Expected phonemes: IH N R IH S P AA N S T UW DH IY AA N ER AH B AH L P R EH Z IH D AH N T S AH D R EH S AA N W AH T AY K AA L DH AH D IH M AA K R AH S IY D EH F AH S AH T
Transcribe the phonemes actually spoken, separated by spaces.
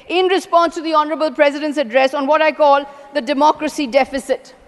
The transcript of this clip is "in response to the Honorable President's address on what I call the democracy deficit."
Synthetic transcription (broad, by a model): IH N R IH S P AA N S T UW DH IY AA N ER AH B AH L P R EH Z IH D AH N T S AH D R EH S AA N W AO T AY K AA L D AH D IH M AA K R AH S IY D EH F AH S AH T